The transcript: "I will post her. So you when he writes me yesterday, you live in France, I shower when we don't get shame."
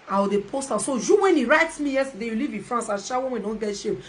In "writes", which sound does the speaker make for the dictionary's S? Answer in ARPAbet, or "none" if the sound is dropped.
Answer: S